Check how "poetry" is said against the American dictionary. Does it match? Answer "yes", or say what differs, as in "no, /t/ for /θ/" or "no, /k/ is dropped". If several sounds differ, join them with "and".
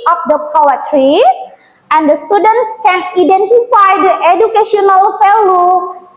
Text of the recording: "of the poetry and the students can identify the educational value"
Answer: yes